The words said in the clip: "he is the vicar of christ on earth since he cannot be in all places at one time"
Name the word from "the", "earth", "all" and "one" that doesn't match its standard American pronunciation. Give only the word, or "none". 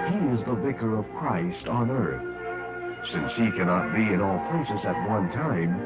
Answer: none